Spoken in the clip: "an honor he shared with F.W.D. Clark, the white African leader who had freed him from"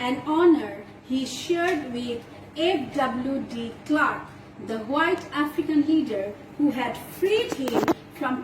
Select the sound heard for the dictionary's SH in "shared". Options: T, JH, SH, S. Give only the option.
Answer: SH